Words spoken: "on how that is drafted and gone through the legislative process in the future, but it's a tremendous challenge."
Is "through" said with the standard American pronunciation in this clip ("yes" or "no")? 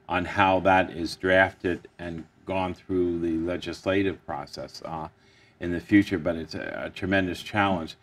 yes